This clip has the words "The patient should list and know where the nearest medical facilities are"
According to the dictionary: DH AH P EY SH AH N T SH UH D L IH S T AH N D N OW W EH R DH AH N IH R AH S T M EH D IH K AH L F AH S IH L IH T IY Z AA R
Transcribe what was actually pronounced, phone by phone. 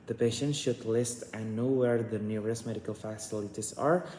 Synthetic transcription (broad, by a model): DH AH P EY SH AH N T SH UH D L IH S T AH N N OW W EH R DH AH N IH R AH S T M EH D IH K AH L F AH S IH L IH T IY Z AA R